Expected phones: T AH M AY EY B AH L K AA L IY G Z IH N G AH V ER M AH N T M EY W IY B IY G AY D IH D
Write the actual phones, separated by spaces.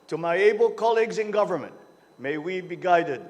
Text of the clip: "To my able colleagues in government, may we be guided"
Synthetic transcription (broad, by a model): T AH M AY EY B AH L K AA L IY G Z IH N G AH V ER M AH N T M EY W IY B IY G AY D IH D